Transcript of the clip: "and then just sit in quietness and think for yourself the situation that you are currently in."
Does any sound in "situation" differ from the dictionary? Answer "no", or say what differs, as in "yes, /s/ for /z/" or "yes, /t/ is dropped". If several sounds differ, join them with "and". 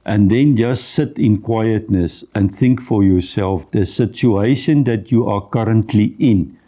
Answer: no